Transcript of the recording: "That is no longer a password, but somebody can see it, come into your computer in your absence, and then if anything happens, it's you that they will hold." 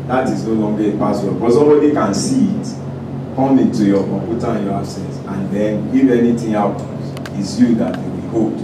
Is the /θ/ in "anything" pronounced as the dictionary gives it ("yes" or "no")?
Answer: no